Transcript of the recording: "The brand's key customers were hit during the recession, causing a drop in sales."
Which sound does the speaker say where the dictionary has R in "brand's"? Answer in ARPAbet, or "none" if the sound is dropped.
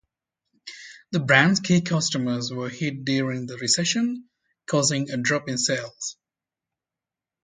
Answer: R